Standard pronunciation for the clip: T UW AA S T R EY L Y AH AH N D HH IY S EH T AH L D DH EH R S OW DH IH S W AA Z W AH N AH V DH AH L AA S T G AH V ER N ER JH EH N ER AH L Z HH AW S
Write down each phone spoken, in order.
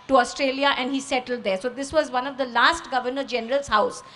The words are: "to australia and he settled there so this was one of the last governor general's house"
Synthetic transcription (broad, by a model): T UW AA S T R EY L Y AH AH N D HH IY S EH T AH L D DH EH R S OW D IH S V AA Z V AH N AH V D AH L AA S T G AH V ER N ER JH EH N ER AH L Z HH AW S